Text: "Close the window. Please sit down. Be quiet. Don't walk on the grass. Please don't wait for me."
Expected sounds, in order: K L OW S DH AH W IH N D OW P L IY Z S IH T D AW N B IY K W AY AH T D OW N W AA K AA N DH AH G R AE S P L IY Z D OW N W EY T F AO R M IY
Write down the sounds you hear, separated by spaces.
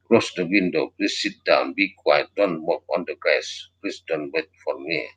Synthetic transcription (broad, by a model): K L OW S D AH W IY N D OW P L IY S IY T D AW N B IY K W AY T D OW N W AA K AA N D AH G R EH S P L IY S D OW N W EY T F AO R M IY